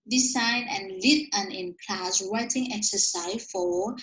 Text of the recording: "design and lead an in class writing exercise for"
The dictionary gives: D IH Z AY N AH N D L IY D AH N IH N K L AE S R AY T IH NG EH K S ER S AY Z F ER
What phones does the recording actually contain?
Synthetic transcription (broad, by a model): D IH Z AY N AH N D L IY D AH N IH N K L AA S W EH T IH NG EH K S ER S AY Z F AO